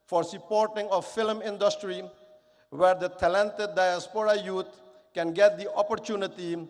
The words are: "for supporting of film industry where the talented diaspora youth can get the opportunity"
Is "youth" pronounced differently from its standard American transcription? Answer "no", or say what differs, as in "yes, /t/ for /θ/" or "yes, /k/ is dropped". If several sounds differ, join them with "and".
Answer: yes, /t/ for /θ/